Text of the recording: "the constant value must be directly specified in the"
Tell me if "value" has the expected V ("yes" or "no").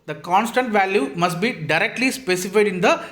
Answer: yes